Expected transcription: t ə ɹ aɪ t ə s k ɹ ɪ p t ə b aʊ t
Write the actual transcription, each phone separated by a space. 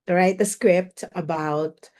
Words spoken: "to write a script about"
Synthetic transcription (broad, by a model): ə ɹ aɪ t ə s k ɹ ɪ p t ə b aʊ t